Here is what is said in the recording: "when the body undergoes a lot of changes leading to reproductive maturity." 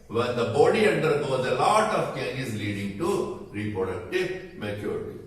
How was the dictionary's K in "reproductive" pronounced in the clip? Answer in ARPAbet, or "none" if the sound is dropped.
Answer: K